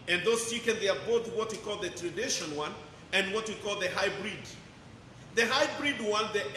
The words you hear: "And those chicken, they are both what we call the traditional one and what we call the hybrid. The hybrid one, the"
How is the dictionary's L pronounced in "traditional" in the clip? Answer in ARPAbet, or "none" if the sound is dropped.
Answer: N